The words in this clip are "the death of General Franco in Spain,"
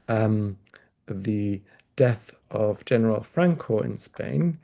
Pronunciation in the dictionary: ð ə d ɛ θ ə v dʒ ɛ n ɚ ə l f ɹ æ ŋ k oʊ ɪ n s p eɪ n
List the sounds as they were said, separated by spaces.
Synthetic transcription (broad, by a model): ð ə d ɛ θ ə v dʒ ɛ n ɚ ə l f ɹ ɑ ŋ k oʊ ɪ n s p eɪ n